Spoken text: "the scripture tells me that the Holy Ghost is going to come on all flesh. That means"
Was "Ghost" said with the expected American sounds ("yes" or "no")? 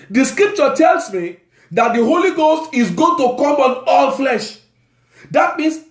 yes